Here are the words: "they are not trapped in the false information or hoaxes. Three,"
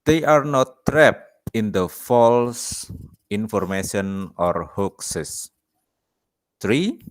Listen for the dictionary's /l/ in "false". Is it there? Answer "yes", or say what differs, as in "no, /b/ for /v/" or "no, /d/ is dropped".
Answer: yes